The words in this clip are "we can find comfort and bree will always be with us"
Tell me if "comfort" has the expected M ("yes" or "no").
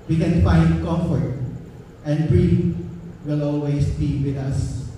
no